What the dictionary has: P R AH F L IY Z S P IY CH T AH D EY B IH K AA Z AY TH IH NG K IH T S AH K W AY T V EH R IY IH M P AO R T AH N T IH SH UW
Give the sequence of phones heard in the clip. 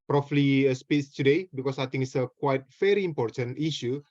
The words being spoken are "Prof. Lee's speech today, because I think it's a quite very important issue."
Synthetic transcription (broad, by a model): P R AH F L IY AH S P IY S T AH D EY B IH K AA S AY T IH NG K IH T S AH K W AY T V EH R IY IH M P AO R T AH N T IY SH UW